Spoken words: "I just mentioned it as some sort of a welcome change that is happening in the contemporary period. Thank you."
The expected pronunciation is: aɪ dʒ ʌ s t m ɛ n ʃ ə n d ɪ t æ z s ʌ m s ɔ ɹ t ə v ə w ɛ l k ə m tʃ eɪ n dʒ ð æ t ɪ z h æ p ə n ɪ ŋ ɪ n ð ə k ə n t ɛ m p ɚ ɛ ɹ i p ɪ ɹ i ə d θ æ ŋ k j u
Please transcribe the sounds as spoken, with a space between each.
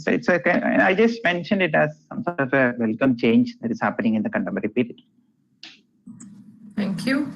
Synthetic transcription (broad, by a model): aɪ dʒ ʌ s t m ɛ n ʃ ə n d ɪ t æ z s ʌ m s ɔ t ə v ə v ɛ l k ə m tʃ eɪ n dʒ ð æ t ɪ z h æ p ə n ɪ ŋ ɪ n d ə k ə n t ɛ m ɚ ɹ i p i ɹ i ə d t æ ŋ k j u